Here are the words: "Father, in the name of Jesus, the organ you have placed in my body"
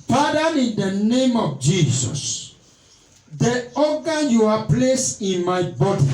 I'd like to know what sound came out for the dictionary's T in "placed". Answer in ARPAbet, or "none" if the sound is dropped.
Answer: none